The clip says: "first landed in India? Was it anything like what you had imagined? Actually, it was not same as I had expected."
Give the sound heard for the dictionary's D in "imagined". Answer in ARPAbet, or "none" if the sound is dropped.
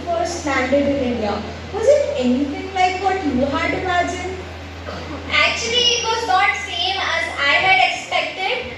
none